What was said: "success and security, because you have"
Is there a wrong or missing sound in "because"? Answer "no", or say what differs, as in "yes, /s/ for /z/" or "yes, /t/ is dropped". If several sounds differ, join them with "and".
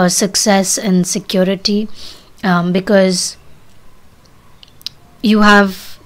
no